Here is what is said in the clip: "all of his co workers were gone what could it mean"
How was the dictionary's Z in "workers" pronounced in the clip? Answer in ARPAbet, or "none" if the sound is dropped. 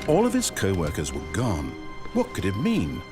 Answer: Z